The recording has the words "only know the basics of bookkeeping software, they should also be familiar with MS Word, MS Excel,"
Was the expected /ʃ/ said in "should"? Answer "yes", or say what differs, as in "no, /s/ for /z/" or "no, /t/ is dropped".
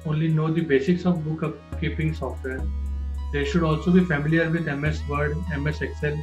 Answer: yes